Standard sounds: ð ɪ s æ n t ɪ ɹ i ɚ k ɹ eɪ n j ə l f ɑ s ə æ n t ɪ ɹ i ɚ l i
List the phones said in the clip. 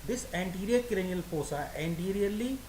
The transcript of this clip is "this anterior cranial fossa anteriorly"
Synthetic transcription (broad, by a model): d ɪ s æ n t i ɹ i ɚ k ɹ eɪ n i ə l p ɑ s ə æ n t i ɹ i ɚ l i